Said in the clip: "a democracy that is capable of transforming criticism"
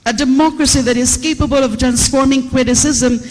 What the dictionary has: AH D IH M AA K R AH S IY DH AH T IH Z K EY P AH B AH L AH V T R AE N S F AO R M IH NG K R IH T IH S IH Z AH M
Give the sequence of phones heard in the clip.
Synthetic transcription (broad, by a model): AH D IH M AA K R AH S IY DH AH T IH Z K EY P AH B AH L AH V T R AE N S F AO R M IH NG K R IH T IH S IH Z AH M